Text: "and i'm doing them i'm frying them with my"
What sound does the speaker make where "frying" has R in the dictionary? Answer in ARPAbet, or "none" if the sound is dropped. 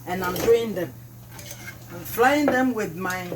L